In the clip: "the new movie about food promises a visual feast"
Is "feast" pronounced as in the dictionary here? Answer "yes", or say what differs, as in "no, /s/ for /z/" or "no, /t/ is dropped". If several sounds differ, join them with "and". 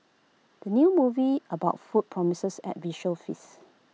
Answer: no, /t/ is dropped